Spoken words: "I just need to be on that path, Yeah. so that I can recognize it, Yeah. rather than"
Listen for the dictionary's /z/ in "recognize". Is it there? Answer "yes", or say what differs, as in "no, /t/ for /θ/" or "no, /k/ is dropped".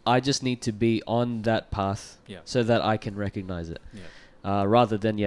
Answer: yes